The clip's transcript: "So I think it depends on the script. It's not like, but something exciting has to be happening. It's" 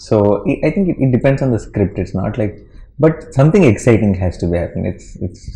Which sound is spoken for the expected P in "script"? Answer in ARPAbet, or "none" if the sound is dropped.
P